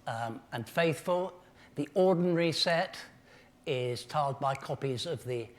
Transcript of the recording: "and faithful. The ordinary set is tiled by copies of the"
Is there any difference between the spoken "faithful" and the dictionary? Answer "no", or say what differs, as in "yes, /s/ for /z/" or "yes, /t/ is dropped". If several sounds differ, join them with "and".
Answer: no